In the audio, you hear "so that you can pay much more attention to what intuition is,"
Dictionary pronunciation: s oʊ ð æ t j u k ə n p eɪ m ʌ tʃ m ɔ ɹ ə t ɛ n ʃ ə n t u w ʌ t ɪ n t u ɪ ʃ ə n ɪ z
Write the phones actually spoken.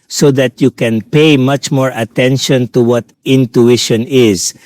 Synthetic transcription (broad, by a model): s oʊ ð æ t j u k ə n p eɪ m ʌ tʃ m ɔ ɹ ə t ɛ n ʃ ə n t u w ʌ t ɪ n t u ɪ ʃ ə n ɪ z